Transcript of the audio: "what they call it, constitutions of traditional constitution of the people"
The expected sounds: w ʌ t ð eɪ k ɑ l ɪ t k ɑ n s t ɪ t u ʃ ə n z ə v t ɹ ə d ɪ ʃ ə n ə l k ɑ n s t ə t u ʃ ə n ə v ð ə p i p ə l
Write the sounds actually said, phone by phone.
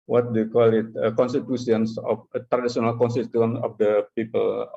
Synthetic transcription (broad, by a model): w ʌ t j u k ɑ l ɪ t k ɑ n s t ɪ t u s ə n s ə f t ɹ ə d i s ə n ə l k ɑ n s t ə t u ə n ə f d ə p i p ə l